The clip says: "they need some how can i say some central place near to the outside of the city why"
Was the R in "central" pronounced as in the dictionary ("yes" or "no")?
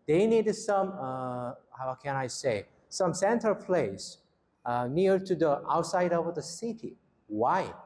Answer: no